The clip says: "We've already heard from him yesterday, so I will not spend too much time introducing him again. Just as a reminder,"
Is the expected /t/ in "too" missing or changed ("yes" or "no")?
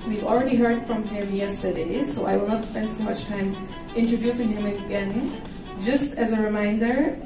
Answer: yes